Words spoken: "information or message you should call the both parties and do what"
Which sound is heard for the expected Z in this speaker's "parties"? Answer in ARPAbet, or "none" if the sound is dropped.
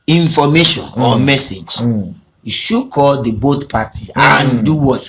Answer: none